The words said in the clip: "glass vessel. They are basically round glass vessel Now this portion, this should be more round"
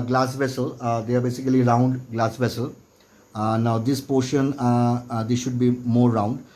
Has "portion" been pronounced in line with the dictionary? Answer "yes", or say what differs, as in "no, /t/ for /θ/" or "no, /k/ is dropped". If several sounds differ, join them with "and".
yes